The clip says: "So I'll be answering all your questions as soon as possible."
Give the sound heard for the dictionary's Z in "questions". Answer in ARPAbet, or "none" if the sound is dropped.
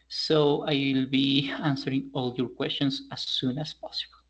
S